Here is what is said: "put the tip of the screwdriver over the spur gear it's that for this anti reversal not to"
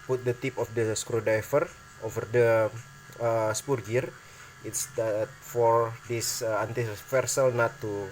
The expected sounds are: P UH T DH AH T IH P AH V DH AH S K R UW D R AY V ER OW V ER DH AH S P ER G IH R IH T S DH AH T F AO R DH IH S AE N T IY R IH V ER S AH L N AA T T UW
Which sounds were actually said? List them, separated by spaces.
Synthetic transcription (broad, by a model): P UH T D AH T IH P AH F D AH S K R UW D AY F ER OW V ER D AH S P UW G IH R IH T S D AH T F AO R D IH S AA N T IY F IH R S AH L N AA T T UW